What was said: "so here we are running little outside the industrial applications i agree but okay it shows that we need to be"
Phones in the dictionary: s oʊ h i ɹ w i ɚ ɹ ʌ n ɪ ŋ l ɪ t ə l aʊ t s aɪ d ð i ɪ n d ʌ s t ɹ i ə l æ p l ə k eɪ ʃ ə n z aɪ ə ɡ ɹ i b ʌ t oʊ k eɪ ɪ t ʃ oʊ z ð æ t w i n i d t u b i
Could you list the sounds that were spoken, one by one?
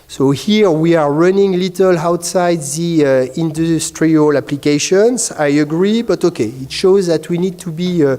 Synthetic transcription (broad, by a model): s oʊ h i ɹ w i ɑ ɹ ʌ n ɪ ŋ l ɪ t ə l aʊ t s aɪ d ð i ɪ n d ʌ s t ɹ i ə l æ p l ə k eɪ ʃ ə n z aɪ ə ɡ ɹ i b ʌ t oʊ k eɪ ɪ t ʃ oʊ z ð æ t w i n i d t u b i